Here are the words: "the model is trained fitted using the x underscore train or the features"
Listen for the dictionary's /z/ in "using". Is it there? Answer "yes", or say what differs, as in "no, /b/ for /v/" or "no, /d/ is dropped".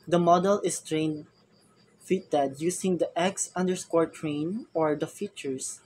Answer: no, /s/ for /z/